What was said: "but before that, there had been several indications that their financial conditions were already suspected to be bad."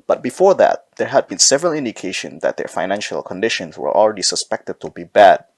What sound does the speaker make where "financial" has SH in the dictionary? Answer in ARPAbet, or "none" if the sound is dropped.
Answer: SH